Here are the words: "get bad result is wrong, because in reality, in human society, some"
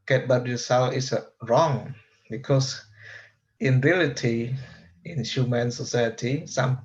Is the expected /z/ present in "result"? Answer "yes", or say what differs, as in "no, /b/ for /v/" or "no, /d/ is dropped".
no, /s/ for /z/